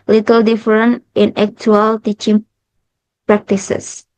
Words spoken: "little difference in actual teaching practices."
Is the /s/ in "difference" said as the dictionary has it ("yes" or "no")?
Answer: no